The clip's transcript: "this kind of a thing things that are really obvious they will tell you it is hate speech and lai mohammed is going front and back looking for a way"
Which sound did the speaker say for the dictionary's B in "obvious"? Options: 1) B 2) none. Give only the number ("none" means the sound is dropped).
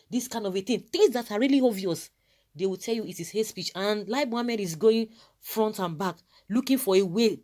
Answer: 2